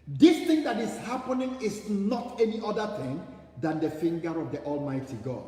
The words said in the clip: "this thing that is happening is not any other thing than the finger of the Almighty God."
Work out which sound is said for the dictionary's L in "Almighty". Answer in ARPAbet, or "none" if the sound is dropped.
L